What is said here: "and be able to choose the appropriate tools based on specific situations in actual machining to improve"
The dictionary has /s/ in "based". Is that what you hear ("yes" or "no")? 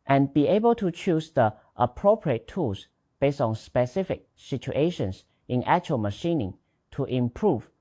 yes